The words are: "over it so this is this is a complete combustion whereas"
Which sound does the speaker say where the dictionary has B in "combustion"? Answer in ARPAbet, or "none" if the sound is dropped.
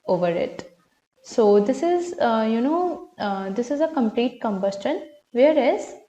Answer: B